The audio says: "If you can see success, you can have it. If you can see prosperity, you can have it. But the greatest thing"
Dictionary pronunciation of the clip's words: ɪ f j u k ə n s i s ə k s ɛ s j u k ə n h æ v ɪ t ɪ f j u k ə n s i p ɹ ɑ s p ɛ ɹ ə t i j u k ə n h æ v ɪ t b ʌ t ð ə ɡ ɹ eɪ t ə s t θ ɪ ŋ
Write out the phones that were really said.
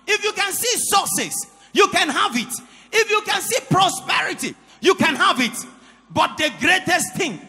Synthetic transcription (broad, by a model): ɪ f j u k ə n s i s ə s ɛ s j u k ə n h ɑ v ɪ t ɪ f j u k ə n s i p ɹ ɑ s p ɛ ɹ ə t i j u k ə n h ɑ v ɪ t b ʌ t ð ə ɡ ɹ eɪ t ə s t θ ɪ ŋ